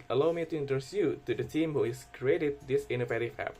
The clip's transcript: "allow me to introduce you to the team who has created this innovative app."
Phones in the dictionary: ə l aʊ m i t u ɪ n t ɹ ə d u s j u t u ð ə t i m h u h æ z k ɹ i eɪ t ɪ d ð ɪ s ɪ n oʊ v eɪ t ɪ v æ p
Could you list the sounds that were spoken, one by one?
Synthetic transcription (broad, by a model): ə l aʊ m i t u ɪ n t ə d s j u t u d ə t i m h u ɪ s k ɹ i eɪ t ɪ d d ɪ s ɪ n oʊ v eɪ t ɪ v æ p